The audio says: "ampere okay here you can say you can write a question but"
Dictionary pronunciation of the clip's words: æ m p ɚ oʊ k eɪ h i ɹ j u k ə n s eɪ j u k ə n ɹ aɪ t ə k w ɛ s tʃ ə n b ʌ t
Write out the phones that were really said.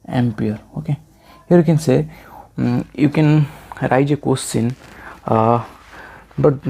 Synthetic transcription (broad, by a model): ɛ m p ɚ oʊ k eɪ h i ɹ j u k ə n s eɪ j u k ə n ɹ aɪ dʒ ə k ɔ s s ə n b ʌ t